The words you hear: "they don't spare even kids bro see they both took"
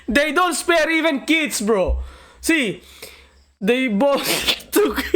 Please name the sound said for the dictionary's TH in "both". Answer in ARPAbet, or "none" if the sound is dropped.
S